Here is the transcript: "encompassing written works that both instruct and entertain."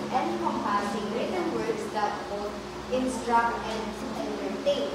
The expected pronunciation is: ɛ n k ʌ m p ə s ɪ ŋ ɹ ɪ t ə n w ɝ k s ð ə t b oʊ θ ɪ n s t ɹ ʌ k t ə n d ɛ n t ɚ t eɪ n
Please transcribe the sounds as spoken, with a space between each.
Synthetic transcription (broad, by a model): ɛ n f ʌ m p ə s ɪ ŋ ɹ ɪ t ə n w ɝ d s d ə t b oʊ t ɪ n s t ɹ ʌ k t ə n d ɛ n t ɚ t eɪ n